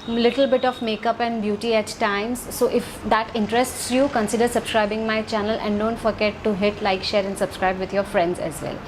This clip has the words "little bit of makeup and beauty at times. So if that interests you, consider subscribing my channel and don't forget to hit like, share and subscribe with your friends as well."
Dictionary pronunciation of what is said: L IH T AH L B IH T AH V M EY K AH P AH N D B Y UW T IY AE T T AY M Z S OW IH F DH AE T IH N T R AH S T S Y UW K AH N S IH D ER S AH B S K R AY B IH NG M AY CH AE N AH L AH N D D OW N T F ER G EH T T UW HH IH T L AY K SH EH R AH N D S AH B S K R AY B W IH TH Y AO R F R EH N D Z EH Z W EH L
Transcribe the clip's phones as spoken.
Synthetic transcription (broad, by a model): L IH T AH L B IH T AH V M EY K AH P AH N D B Y UW T IY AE T T AY M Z S OW IH F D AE T IH N T R AH S T S Y UW K AH N S IH D ER S AH B S K R AY B IH NG M AY CH AE N AH L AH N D D OW N T F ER G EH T T UW HH IH T L AY K SH EH R AH N D S AH B S K R AY B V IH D Y AO R F R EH N D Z EH Z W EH L